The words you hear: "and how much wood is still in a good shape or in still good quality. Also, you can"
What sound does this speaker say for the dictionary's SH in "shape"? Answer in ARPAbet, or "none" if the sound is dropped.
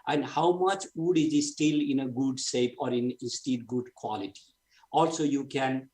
S